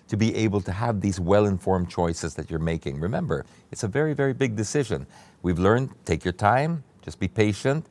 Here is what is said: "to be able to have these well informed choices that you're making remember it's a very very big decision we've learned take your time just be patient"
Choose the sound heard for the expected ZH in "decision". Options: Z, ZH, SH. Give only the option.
ZH